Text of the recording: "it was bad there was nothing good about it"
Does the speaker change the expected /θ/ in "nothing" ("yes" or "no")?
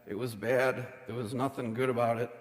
no